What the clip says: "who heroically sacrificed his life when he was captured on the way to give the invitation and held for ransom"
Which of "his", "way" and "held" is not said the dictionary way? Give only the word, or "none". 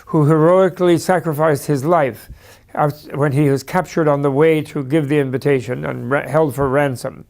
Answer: none